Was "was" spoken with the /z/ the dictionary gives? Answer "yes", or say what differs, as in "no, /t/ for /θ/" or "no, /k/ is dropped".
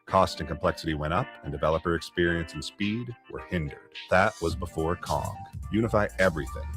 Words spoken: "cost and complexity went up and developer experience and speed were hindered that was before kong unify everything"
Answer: yes